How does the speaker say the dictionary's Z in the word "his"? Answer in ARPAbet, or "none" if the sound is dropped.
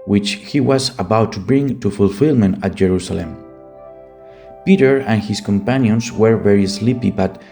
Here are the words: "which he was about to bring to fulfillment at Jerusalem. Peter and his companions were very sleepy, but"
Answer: S